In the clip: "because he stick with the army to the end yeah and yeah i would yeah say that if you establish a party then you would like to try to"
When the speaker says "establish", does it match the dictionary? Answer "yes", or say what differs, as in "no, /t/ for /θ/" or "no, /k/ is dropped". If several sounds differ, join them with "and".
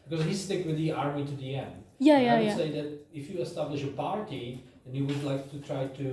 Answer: yes